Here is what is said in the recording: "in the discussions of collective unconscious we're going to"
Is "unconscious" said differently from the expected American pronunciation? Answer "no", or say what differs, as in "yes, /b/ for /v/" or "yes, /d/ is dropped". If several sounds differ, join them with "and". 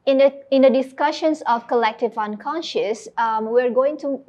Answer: no